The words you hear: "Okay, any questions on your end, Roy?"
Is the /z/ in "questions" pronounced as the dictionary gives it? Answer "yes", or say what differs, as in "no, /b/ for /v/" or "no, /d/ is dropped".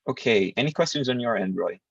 yes